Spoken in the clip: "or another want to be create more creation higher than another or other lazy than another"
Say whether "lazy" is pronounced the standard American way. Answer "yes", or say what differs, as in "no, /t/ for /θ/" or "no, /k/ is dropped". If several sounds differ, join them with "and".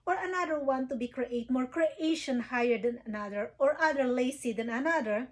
no, /s/ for /z/